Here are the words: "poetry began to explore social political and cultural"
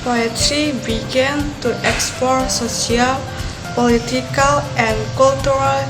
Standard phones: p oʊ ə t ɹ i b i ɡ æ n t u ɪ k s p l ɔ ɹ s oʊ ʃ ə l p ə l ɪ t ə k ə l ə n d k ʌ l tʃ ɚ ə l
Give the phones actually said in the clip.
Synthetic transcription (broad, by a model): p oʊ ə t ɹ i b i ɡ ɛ n t u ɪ k s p ɔ ɹ s oʊ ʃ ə l p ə l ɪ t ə k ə l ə n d k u l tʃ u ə l